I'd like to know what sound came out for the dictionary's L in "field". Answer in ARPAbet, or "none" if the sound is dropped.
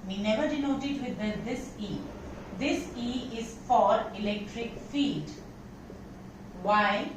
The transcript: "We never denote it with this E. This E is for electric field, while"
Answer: none